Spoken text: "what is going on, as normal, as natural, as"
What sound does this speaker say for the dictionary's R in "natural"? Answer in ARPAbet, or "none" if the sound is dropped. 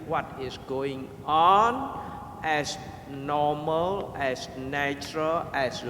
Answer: R